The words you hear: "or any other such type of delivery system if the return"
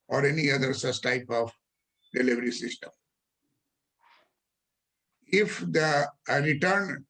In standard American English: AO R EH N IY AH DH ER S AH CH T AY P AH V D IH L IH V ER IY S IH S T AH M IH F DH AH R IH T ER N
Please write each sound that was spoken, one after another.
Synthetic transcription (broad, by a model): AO R EH N IY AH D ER S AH S T AY P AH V D IH L IH V ER IY S IH S T AH M IH F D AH R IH T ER N